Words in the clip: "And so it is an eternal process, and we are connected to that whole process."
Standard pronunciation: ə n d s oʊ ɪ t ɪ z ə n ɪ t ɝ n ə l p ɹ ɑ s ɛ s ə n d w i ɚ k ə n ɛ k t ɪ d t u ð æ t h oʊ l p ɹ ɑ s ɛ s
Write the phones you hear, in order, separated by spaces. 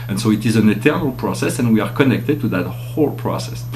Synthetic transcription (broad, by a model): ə n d s oʊ ɪ t ɪ z ə n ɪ t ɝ n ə l p ɹ ɑ s ɛ s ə n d w i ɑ k ə n ɛ k t ɪ d t u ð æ t h oʊ l p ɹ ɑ s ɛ s